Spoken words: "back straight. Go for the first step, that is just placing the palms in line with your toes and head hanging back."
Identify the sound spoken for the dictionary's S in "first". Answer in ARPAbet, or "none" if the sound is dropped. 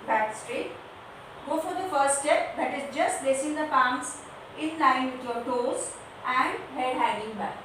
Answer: none